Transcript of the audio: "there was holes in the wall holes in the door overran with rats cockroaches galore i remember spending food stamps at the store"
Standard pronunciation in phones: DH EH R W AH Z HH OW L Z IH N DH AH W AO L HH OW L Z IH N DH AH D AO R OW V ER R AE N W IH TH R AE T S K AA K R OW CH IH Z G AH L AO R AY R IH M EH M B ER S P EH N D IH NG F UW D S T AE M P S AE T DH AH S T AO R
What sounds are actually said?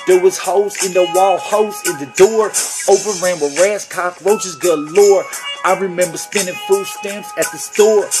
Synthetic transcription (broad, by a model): DH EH R W AH Z HH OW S IH N DH AH W AO L HH OW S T IH N DH AH D AO R OW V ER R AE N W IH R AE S K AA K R OW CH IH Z G AH L AO R AY R IH M EH M B ER S P EH N D IH NG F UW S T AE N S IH T DH AH S T AO R